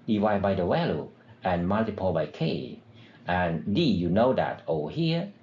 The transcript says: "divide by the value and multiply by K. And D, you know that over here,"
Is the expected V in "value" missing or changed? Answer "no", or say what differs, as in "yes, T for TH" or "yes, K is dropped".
yes, W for V